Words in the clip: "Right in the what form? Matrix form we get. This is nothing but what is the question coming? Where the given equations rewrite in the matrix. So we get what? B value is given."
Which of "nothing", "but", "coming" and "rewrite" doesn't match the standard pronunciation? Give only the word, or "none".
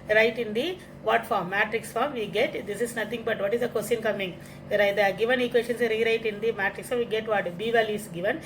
nothing